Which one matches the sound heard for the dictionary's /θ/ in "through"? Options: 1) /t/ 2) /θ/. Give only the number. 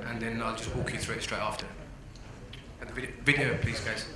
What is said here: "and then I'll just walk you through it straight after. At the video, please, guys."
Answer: 2